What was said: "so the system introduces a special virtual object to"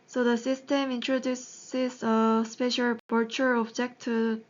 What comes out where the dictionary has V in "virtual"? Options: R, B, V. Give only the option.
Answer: B